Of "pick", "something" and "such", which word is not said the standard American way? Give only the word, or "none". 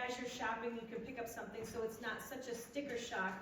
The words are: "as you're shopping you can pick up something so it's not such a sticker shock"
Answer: none